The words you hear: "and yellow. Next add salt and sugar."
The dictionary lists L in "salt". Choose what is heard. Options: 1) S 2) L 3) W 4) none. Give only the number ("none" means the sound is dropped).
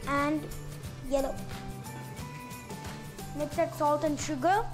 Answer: 2